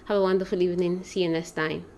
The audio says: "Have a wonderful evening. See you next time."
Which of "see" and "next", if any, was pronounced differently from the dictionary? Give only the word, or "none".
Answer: next